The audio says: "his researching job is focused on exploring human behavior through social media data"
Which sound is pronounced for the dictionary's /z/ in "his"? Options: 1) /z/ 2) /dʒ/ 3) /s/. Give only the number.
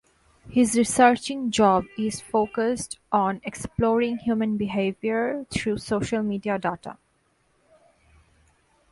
1